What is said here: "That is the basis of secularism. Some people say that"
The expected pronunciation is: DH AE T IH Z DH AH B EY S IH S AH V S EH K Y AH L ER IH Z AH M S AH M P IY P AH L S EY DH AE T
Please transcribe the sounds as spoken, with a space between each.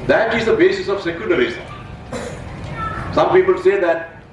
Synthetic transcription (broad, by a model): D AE T IH Z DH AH B EY S IH S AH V S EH K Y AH N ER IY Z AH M S AH M P IY P AH L S EY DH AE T